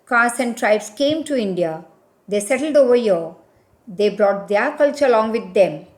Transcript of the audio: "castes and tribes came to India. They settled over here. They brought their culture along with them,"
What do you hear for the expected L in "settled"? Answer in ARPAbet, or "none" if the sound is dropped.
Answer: L